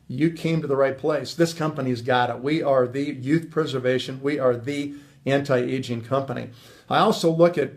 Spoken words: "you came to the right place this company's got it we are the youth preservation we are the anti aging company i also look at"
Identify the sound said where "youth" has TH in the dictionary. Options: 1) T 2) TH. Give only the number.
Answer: 2